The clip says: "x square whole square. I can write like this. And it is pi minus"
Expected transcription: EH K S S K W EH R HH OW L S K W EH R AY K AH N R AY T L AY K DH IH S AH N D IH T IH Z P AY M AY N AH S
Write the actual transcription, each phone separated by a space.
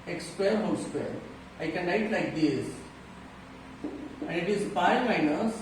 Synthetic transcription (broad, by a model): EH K S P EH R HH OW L S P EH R AY K AH N L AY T L AY K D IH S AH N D IH T IH Z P AY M AY N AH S